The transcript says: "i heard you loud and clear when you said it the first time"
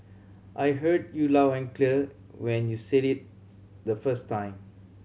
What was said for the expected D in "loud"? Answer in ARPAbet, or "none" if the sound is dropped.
none